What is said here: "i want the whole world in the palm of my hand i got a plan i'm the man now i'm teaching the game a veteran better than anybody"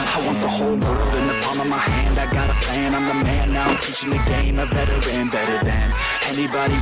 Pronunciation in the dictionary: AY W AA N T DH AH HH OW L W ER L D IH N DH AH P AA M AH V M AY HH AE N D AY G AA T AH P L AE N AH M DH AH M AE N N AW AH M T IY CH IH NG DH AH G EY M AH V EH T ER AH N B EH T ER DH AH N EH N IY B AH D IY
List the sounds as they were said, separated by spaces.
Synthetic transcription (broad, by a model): AY W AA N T DH AH HH OW L W ER L D IH N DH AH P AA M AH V M AY HH AE N D AY G AA T AH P AE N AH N DH AH M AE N N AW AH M T IY CH IH NG DH AH G EY M AH B EH T ER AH N B EH T ER DH AH N EH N IY B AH D IY